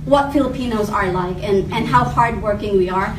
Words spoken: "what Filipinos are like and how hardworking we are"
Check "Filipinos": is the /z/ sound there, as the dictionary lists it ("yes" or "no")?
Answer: yes